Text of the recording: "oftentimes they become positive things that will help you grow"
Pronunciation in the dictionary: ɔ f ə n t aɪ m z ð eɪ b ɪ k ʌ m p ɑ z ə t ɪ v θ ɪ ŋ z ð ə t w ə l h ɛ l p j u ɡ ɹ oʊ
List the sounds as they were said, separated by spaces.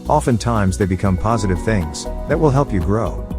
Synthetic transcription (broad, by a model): ɔ f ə n t aɪ m z ð eɪ b ɪ k ʌ m p ɑ z ə t ɪ v θ ɪ ŋ z ð ə t w ə l h ɛ l p j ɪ ɡ ɹ oʊ